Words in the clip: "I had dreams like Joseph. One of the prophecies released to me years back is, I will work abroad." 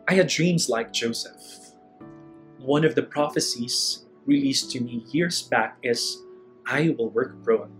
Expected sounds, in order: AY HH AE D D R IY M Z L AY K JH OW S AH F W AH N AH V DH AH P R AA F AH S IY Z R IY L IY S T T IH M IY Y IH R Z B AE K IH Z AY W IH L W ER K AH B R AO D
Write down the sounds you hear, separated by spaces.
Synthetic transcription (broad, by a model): AY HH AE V D R IY M Z L AY K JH OW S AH F W AH N AH V DH AH P R AA F AH S IY Z R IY L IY S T T IH M IY Y IH R Z B AE K IH Z AY W IH L W ER K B R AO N